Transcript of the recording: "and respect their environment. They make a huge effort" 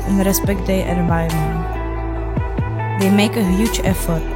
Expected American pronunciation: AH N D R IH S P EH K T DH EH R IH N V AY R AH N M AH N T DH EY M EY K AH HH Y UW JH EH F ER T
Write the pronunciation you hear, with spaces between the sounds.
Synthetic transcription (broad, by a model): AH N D R IH S P EH K T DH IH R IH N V AY AH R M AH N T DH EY M EY K AH HH Y UW JH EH F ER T